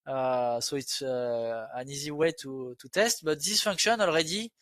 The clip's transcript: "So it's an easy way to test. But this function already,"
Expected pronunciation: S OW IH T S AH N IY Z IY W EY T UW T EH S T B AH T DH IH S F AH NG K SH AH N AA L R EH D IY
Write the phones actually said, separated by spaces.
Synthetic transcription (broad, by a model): S OW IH T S AH N IY Z IY W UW T UW T EH S T B AH T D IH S F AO K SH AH N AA L R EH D IY